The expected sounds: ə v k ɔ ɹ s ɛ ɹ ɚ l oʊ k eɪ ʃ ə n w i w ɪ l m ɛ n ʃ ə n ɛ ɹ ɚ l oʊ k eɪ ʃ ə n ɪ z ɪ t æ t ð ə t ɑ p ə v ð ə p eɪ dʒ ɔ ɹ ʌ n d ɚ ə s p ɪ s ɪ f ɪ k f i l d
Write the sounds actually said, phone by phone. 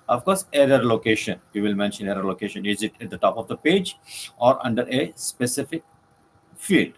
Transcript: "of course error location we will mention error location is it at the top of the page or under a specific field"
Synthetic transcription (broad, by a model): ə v k ɔ ɹ s ɛ ɹ ɚ l oʊ k eɪ ʃ ə n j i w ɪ l m ɛ n ʃ ə n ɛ ɹ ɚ l oʊ k eɪ ʃ ə n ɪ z ɪ t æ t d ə t ɑ p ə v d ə p eɪ dʒ ɔ ɹ ʌ n d ɚ ə s p ɪ s ɪ f ɪ k f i l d